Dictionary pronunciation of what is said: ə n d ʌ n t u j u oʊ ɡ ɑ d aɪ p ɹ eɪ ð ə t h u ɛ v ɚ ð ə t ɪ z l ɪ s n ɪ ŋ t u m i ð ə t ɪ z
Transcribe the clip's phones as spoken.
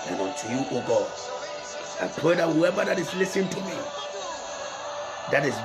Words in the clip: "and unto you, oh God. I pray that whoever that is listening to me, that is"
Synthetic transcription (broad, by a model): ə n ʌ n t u j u oʊ ɡ ɑ d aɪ p ɹ eɪ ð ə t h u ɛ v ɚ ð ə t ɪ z l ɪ s ɪ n t u m i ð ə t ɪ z